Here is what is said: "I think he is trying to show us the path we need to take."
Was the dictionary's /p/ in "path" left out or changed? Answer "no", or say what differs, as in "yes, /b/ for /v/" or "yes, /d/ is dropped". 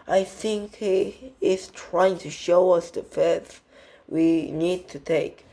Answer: yes, /f/ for /p/